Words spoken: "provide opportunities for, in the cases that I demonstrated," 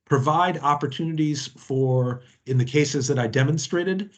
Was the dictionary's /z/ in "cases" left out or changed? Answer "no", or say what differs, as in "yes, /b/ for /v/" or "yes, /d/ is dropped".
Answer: no